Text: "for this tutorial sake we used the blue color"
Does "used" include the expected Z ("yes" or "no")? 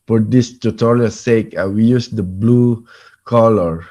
no